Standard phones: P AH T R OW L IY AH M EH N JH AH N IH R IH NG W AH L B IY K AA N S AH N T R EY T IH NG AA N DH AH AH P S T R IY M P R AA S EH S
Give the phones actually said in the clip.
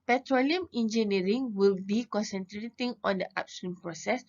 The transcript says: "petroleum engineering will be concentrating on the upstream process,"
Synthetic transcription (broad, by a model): P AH T R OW L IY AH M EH N JH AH N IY R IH NG W AH L B IY K AA N S AH N T R EY T IH NG AA N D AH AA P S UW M P R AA S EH S